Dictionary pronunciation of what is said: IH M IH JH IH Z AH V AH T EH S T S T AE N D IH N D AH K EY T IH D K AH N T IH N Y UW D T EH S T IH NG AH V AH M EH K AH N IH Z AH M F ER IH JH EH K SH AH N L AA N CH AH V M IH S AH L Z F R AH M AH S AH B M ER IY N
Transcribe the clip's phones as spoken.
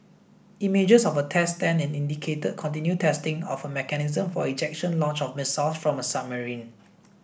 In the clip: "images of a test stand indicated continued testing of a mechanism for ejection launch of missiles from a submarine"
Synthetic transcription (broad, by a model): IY M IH JH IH S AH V AH T EH S T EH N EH N IH N D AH K EY T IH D K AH N T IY N Y UW T EH S T IH NG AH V AH M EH K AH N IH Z AH M F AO IH JH EH K SH AH N L AA N CH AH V M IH S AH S F R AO M AH S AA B M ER IY N